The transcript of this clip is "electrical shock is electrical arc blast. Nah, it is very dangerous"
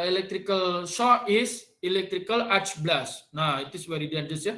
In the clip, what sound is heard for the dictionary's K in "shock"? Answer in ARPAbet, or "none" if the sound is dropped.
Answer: none